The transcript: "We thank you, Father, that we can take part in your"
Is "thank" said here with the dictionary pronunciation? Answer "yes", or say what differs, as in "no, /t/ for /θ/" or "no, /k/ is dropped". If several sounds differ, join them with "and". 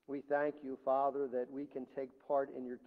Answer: yes